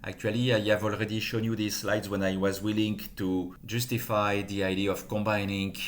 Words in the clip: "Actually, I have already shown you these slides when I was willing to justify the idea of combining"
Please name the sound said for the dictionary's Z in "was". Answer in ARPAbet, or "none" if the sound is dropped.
Z